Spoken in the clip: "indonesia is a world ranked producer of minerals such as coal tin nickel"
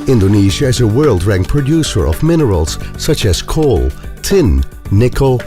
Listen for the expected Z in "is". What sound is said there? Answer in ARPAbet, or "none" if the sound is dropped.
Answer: Z